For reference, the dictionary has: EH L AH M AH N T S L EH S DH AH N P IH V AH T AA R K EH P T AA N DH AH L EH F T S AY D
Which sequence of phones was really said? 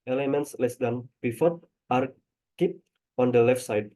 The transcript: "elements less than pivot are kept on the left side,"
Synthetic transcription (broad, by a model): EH L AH M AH N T S L EH S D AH N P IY F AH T AA R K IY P AA N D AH L EH F T S AY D